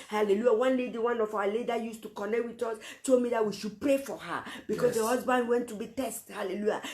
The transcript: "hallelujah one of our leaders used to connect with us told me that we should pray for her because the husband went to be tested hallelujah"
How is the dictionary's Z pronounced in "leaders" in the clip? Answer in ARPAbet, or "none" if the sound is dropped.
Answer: none